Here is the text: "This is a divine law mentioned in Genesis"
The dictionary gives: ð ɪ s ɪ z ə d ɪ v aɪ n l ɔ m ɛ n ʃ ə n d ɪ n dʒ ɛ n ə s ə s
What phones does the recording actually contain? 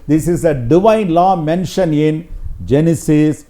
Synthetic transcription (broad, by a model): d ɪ s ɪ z ə d ɪ v aɪ n l ɔ m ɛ n ʃ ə n ɪ n dʒ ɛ n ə s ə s